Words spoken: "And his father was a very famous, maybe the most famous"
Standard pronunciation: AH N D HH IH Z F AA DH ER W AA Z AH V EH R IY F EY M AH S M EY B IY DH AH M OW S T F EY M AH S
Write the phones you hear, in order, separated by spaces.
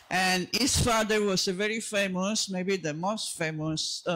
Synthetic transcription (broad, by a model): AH N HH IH S F AA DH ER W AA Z AH V EH R IY F EY M AH S M EY B IY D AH M OW S T F EY M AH S